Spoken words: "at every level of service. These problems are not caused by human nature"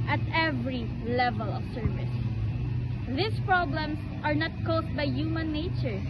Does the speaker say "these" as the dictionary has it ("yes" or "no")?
no